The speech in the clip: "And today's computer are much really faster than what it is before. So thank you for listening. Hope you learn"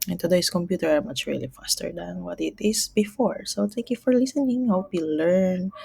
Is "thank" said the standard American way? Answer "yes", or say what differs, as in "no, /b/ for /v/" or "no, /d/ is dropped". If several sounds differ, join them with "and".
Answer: no, /t/ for /θ/ and /ŋ/ is dropped